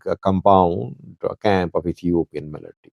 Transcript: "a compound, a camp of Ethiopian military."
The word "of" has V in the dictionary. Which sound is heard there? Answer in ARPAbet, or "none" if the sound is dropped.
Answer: F